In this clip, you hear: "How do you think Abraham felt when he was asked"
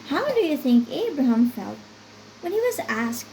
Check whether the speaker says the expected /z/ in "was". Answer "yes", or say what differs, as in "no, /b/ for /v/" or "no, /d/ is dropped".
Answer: yes